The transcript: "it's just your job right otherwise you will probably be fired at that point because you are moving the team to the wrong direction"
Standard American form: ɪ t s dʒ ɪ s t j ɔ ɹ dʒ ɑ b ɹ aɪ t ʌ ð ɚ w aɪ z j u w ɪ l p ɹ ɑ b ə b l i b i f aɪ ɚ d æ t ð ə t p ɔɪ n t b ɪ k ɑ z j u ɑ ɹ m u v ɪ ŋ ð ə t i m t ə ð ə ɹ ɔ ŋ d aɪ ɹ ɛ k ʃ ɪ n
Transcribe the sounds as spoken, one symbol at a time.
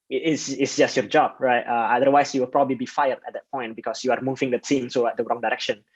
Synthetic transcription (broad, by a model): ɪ t s dʒ ɪ s t j ɔ ɹ dʒ ɑ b ɹ aɪ t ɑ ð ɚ w aɪ s j u w ɪ l p ɹ ɑ b ə b l i b i f aɪ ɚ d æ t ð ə t p ɔɪ n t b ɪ k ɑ s j u ɑ ɹ m u v ɪ ŋ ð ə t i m s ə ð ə ɹ ɔ ŋ d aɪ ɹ ɛ k ʃ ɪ n